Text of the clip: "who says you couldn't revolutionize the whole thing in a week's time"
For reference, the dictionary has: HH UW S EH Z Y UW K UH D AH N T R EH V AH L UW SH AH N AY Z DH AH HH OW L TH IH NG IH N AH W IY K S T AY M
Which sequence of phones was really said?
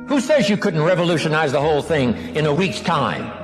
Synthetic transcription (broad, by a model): HH UW S EH Z Y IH K UH D N T R EH V AH L UW SH AH N AY Z DH AH HH OW L TH IH NG IH N AH W IY K S T AY M